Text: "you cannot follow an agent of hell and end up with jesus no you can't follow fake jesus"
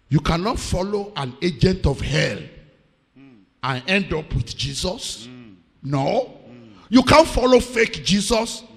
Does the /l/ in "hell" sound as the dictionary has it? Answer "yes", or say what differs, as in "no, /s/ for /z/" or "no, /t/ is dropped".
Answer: yes